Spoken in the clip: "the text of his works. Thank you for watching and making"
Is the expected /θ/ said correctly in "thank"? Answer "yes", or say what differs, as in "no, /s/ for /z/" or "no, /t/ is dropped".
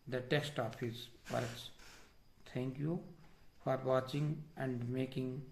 no, /t/ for /θ/